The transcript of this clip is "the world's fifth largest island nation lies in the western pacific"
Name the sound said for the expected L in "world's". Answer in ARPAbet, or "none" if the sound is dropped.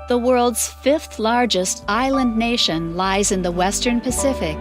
L